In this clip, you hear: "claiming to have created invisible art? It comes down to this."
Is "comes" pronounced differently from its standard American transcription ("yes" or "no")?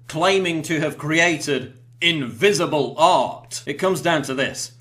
no